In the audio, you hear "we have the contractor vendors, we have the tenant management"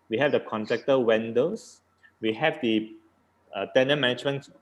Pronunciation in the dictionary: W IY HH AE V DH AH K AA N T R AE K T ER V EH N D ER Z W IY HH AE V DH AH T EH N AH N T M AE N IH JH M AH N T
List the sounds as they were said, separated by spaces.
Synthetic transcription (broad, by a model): W IY HH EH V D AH K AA N T R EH K T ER W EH N D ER S W IY HH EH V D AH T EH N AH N M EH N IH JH M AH N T